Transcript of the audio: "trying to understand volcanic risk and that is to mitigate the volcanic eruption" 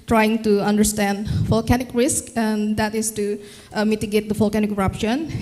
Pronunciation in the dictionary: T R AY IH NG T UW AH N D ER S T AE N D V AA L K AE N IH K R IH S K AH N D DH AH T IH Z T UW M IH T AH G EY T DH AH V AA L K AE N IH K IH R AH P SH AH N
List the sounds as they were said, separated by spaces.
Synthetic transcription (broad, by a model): T R AY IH NG T UW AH N D ER S T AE N D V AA L K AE N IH K R IH S K AH N D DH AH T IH S T UW M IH T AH G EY T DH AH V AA L K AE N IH K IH R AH P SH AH N